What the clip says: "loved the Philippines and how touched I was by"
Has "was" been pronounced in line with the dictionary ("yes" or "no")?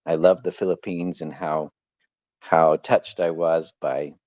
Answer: yes